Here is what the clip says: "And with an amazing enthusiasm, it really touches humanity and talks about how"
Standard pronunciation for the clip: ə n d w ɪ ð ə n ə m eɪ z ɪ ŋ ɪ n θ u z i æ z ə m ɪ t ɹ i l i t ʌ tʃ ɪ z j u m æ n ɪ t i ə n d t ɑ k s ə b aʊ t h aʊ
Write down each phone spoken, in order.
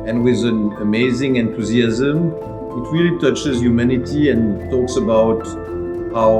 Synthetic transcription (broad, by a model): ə n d w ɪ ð ə n ə m eɪ z ɪ ŋ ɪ n t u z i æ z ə m ɪ t ɹ i l i t ʌ tʃ ɪ z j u m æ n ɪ t i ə n t ɑ k s ə b aʊ t h aʊ